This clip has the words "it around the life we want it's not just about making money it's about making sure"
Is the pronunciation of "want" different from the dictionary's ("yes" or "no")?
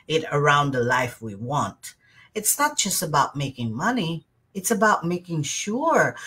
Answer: no